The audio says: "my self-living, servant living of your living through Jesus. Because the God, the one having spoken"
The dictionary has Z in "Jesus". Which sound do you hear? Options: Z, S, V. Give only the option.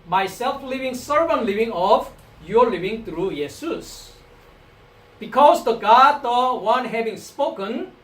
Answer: S